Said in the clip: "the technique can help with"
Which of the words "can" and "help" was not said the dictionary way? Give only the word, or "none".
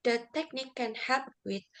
help